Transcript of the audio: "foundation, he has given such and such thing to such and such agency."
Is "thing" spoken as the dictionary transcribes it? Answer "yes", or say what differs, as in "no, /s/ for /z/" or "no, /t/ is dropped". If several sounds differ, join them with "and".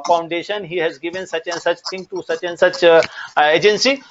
no, /t/ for /θ/